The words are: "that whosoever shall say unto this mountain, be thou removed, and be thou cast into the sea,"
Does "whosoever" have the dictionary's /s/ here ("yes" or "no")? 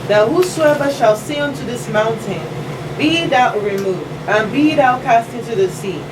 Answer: yes